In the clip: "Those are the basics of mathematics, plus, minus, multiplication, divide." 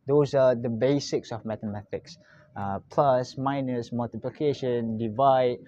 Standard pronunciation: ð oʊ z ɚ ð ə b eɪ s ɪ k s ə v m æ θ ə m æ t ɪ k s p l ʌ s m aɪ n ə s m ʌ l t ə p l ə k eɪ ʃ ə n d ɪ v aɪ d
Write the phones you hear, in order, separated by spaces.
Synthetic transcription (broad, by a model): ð oʊ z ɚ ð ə b eɪ s ɪ k s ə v m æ t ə m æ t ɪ k s p l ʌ s m aɪ n ə s m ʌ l t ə p l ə k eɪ ʃ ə n d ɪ v aɪ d